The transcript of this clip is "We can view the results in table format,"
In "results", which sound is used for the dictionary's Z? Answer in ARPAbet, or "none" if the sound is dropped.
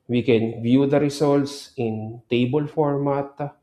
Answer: S